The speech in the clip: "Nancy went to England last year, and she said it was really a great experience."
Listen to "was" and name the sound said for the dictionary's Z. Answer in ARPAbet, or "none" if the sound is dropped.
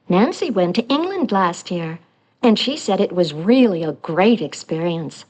Z